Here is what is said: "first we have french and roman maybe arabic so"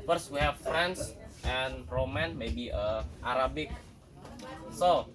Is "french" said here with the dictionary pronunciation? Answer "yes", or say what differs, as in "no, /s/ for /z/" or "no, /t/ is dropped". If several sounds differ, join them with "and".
no, /s/ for /tʃ/